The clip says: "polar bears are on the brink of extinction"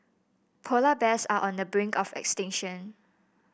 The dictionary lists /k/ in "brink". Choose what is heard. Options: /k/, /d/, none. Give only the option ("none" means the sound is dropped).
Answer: /k/